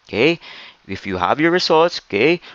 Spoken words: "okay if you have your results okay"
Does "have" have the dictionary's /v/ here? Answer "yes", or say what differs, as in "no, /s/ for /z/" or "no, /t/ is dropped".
yes